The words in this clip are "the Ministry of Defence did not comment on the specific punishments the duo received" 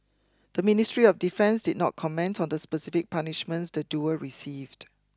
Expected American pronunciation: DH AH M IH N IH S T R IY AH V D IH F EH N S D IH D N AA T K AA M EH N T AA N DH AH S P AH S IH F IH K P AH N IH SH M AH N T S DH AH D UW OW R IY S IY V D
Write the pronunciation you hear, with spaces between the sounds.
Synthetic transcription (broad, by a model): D AH M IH N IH S T R IY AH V D IH F EH N S D IH D N AA T K AA M EH N T AA N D AH S P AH S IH F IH K P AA N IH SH M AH N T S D AH D UW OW R IY S IY V D